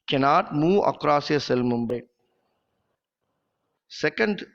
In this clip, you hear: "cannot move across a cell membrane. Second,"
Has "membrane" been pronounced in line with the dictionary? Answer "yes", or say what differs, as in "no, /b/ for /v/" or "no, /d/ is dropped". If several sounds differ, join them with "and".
no, /ɹ/ is dropped